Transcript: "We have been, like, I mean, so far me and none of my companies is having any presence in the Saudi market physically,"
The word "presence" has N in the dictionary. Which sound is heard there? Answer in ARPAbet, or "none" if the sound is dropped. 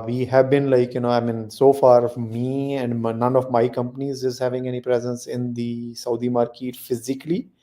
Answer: N